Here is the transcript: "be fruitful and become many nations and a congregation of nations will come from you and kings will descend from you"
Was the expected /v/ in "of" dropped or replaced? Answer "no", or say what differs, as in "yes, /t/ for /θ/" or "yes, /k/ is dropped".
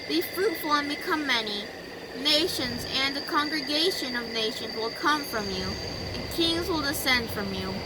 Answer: no